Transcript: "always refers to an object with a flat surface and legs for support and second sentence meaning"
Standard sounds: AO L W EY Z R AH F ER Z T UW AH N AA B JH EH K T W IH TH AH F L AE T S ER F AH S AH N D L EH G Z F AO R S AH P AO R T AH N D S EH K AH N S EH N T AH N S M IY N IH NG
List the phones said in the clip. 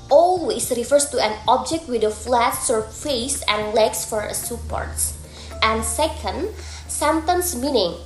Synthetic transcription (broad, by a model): AO L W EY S R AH F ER S T UW AH N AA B JH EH K T W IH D AH F L AE T S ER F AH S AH N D L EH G S F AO R S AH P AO R T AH N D S EH K AH N S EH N T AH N S M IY N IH NG